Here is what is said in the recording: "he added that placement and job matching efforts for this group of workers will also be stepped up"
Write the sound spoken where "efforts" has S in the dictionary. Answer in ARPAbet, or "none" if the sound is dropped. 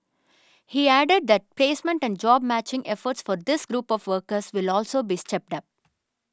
S